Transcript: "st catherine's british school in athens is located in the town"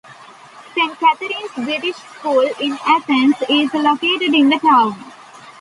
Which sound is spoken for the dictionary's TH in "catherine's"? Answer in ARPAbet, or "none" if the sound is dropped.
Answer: T